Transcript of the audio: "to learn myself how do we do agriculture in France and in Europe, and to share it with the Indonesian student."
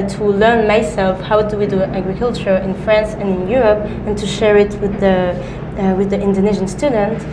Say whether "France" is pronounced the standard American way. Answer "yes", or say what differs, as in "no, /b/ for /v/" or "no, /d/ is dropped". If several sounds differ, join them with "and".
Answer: yes